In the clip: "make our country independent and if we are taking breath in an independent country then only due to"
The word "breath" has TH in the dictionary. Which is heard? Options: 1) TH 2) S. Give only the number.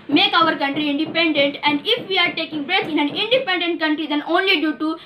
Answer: 2